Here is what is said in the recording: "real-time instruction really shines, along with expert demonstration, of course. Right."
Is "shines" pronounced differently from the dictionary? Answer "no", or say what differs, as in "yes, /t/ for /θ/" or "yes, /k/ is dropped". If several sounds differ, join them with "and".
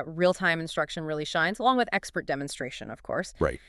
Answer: no